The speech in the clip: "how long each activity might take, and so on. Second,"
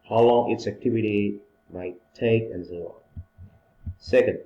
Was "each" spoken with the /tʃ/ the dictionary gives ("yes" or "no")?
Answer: no